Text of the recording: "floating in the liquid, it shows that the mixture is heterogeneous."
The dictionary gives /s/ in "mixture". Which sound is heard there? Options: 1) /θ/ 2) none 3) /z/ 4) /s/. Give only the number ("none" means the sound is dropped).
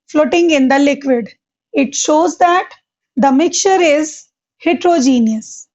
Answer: 2